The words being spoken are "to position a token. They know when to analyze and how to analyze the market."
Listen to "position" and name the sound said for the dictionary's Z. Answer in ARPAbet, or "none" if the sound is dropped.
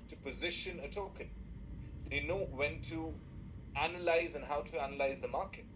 Z